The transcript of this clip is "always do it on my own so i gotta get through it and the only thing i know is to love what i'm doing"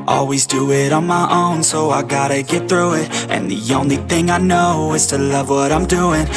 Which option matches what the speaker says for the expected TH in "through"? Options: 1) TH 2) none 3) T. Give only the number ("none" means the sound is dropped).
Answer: 1